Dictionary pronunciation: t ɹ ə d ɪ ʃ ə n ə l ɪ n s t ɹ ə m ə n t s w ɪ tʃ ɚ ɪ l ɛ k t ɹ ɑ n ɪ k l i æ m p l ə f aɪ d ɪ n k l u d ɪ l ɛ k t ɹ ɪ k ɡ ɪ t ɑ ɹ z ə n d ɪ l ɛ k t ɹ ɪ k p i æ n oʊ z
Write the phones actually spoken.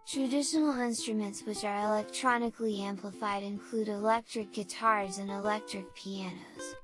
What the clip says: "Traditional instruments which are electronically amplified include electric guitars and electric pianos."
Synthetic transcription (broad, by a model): t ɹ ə d ɪ ʃ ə n l ɪ n s t ɹ ə m ə n t s w ɪ tʃ ɚ ɪ l ɛ k t ɹ ɑ n ɪ k l i æ m p l ə f aɪ d ɪ n k l u d ɪ l ɛ k t ɹ ɪ k ɡ ɪ t ɑ ɹ z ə n ɪ l ɛ k t ɹ ɪ k p i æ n oʊ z